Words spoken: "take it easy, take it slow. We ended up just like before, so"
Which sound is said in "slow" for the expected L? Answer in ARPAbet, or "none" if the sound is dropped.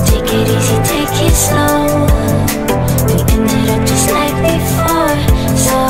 none